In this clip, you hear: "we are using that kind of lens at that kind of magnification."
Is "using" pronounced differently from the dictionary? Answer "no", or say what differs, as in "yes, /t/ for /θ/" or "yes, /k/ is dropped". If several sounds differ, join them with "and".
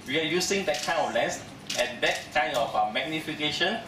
yes, /s/ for /z/